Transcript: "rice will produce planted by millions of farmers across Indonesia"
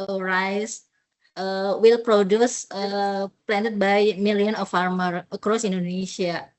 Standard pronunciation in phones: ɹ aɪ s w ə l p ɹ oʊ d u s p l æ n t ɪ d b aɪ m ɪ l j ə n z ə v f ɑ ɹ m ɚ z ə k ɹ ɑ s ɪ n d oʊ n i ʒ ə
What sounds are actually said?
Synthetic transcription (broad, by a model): ɹ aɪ s w ə l p ɹ oʊ d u s p l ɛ n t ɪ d b aɪ m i l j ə n ə f ɑ ɹ m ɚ ə k ɹ ɑ s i n d oʊ n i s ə